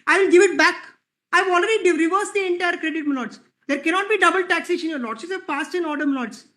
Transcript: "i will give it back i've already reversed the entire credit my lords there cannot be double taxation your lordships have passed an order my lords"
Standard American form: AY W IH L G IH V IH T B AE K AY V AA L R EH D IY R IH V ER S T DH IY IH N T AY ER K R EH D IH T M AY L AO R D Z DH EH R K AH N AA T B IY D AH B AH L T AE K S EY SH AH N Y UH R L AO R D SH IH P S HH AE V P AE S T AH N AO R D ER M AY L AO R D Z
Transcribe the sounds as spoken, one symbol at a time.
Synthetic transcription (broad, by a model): AY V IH L G IH V IH T B AE K AY V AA L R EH D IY R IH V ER S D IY IH N T AY ER K R EH D IH T M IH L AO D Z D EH R K AH N AA T B IY D AH B AH L T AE K S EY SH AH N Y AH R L AO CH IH S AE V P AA S T AH N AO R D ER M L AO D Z